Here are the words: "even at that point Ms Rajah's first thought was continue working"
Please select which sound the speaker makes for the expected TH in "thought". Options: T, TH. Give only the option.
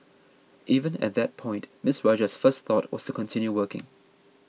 TH